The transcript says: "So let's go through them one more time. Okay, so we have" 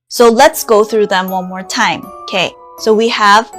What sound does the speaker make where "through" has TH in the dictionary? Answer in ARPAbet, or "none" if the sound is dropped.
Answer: TH